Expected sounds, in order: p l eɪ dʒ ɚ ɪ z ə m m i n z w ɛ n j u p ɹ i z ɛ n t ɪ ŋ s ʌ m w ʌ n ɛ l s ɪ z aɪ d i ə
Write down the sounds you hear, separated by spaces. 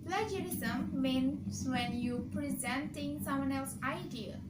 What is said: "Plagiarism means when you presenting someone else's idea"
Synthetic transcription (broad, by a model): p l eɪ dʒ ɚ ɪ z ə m m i n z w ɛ n j u p ɹ i z ɛ n t ɪ ŋ s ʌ m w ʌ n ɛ l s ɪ ɪ d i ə